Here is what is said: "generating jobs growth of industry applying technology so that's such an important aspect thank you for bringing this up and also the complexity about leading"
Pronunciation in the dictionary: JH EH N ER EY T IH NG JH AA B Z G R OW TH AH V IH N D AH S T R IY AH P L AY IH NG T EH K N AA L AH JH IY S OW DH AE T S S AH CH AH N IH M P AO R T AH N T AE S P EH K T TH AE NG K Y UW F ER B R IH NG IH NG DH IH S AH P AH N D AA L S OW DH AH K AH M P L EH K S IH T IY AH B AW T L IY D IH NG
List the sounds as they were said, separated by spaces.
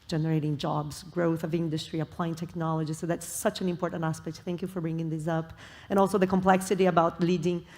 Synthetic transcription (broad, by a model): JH EH N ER EY T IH NG JH AA B Z G R OW TH AH V IH N D AH S T R IY AH P L AY IH NG T EH K N AA L AH JH IY S OW DH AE T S S AH CH AH N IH M P AO R T N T AE S P EH K T TH AE NG K Y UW F ER B R IH NG IH NG DH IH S AH P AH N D AA L S OW DH AH K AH M P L EH K S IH T IY AH B AW T L IY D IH NG